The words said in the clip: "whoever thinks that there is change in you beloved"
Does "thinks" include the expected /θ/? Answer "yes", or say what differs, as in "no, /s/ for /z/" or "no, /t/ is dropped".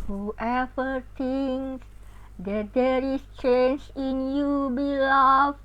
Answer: no, /t/ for /θ/